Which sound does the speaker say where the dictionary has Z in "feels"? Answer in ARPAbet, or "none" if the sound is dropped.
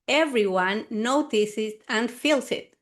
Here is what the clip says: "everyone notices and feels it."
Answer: S